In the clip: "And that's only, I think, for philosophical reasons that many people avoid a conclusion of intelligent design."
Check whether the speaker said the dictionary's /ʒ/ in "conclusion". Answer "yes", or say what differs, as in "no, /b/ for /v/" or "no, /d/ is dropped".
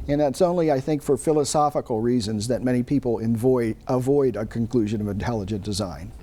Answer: yes